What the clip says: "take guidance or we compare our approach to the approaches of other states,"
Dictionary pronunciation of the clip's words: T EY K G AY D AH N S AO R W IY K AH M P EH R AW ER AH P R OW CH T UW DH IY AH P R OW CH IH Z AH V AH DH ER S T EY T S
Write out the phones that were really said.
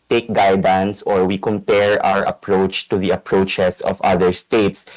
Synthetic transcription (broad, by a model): T EY K G AY D AH N S AO R W IY K AH M P EH R AW ER AH P R OW CH T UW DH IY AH P R OW CH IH S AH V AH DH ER S T EY T S